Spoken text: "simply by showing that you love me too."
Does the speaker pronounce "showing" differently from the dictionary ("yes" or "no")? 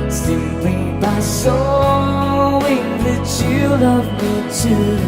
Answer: yes